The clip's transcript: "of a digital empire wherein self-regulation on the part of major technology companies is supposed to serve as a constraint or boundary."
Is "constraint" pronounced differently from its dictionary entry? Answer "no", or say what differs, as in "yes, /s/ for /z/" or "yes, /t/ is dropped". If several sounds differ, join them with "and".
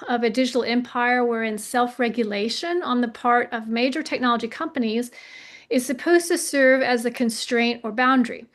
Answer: no